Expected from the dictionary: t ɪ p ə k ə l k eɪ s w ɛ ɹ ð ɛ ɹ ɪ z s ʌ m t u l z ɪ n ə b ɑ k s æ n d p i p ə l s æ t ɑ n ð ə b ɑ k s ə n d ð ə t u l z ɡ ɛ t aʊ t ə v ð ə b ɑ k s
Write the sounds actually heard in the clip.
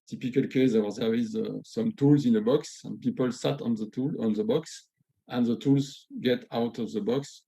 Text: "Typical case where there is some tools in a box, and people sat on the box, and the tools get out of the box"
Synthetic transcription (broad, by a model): t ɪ p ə k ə l k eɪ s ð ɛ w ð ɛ w ɪ z s ʌ m t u l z ɪ n ə b ɑ k s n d p i p ə l s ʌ t ɑ n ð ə b ɑ k s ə n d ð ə t u l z ɡ ɛ t aʊ t ə v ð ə b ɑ k s